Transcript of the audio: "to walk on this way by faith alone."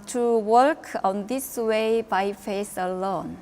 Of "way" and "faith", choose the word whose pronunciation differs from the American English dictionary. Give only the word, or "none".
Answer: faith